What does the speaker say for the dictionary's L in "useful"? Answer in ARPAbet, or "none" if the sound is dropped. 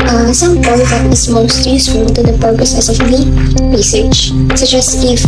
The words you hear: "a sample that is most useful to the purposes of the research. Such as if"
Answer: N